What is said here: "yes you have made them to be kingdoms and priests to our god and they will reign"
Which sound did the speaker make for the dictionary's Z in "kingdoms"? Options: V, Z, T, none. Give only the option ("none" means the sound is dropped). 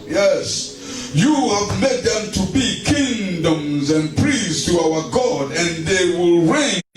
Z